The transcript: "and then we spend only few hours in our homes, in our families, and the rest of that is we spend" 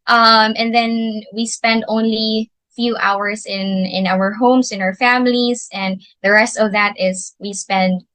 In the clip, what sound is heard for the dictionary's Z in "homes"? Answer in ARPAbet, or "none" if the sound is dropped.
S